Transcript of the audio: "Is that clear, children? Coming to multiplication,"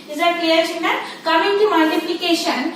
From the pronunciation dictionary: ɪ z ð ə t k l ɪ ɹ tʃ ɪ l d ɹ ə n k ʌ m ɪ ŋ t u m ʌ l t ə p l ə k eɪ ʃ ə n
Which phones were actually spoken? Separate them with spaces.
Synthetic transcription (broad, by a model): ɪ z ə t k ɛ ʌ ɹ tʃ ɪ n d ə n k ʌ m ɪ ŋ t u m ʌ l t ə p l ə k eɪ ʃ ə n